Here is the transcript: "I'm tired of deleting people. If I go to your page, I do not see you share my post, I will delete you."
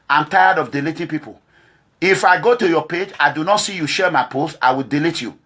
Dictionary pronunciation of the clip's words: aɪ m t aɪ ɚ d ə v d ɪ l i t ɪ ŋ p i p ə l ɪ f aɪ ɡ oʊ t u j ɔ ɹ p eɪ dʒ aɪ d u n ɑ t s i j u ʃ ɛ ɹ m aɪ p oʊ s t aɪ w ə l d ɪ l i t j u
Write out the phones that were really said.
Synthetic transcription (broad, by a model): aɪ m t aɪ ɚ d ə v d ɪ l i t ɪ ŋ p i p ə l ɪ f aɪ ɡ oʊ t u j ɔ p eɪ dʒ aɪ d u n ɑ t s i j u ʃ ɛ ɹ m aɪ p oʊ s aɪ w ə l d ɪ l i t j u